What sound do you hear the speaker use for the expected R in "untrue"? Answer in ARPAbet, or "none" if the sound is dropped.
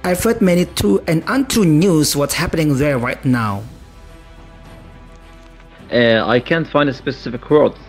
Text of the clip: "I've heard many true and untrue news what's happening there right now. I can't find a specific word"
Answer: none